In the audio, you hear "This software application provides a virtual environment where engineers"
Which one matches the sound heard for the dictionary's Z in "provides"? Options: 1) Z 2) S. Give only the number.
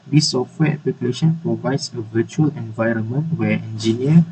2